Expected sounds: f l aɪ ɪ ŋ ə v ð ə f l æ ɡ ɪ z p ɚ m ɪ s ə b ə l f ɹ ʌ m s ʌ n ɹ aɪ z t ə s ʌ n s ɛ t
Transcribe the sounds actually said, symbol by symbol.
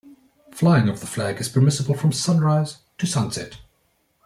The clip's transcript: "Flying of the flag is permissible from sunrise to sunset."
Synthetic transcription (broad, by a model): f l aɪ ɪ ŋ ə v ð ə f l æ ɡ ɪ z p ɚ m ɪ s ə b ə l f ɹ ʌ m s ʌ n ɹ aɪ z t ə s ʌ n s ɛ t